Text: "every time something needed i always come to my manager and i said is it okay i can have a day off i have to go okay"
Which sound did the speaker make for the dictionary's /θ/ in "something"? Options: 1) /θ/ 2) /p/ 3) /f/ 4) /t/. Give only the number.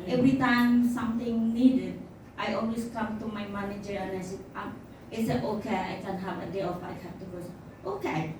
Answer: 4